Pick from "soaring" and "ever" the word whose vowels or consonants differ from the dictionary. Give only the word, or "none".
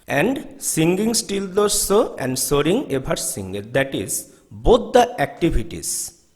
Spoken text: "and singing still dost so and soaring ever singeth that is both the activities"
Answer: ever